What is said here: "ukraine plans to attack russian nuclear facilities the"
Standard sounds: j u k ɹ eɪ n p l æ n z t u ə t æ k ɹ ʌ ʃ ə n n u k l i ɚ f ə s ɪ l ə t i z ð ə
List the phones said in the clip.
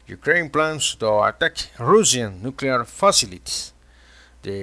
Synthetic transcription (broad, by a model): j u k ɹ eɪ n p l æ n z t u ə t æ k ɹ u s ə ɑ n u k l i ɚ f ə s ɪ l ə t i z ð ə